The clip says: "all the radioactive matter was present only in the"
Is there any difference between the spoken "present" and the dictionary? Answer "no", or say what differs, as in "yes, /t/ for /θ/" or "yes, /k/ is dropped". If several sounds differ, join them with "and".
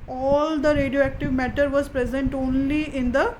no